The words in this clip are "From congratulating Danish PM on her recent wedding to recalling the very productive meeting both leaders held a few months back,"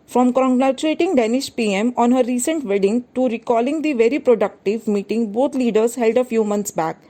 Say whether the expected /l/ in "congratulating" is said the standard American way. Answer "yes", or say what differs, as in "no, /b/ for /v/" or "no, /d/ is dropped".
no, /l/ is dropped